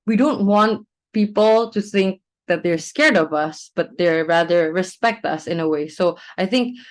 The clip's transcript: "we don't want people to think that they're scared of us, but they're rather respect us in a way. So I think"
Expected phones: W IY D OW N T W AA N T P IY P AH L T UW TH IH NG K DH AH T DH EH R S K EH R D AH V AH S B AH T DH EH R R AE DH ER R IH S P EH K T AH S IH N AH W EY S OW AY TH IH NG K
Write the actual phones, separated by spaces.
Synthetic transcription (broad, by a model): W IY D OW N T W AA N T P IY P AH L T UW TH IH NG K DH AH T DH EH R S K EH R D AH V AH S B AH T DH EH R R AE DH ER R IH S P EH K T AH S IH N AH W EY S OW AY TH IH NG K